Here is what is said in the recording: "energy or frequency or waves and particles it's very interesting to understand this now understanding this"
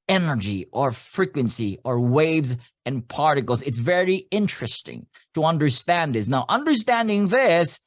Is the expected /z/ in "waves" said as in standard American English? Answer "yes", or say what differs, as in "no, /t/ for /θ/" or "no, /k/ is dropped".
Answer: yes